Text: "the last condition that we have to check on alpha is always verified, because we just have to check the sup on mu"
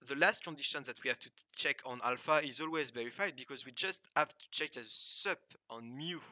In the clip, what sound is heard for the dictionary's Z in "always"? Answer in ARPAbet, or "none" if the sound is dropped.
Z